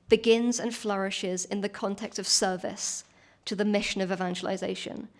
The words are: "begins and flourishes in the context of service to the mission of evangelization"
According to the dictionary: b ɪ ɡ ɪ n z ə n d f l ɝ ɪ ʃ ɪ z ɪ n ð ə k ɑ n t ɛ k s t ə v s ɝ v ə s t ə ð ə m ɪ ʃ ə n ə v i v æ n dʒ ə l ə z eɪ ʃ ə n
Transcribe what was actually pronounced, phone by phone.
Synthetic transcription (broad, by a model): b ɪ ɡ ɪ n z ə n f l ɝ ɪ ʃ ɪ z ɪ n ð ə k ɑ n t ɛ k s t ə v s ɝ v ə s t ə ð ə m ɪ ʃ ə n ə v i v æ n dʒ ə l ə z eɪ ʃ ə n